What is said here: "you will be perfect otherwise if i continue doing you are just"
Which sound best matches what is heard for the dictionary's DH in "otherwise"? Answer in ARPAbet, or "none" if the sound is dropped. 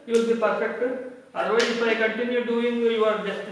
none